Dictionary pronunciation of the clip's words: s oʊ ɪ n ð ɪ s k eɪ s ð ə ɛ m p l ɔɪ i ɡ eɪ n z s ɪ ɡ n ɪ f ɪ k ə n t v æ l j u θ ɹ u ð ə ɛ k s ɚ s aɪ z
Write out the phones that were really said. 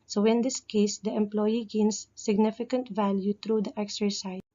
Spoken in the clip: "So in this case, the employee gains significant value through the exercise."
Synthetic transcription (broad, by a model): s oʊ ɪ n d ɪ s k eɪ s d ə ɛ m p l ɔɪ i ɡ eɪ n s ɪ ɡ n ɪ f ɪ k ə n t v æ l j u t ɹ u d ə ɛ k s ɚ s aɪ